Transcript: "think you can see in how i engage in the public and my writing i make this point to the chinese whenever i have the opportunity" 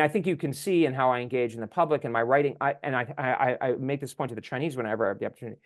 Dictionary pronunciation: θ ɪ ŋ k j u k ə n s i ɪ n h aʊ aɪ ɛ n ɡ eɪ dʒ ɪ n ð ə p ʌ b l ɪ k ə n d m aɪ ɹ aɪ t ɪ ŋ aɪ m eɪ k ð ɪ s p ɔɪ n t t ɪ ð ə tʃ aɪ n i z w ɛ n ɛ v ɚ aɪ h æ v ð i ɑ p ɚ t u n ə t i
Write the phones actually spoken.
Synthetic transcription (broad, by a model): θ ɪ ŋ k j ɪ k ə n s i ɪ n h aʊ aɪ ɛ n ɡ eɪ dʒ ɪ n ð ə p ʌ b l ɪ k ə n m aɪ ɹ aɪ t ɪ ŋ aɪ m eɪ k ð ɪ s p ɔɪ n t t ɪ ð ə tʃ aɪ n i z w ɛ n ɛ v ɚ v ð i ɑ p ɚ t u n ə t i